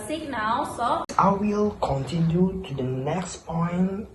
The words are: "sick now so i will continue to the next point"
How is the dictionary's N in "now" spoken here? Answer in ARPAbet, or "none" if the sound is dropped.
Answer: N